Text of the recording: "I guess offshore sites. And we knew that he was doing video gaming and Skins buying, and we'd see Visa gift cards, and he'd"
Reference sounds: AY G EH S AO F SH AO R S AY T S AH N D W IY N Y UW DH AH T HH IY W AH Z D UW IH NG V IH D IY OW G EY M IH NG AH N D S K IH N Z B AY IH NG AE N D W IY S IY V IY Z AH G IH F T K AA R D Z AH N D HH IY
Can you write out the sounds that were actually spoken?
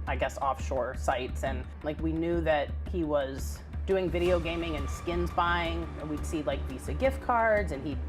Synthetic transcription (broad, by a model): AY G EH S AO F SH AO R S AY T S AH N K W IY N Y UW DH AH T HH IY W AH Z D UW IH NG V IH D IY OW G EY M IH NG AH N S K IH N Z B AY IH NG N W IY S IY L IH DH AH G IH F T K AA R D Z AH N IY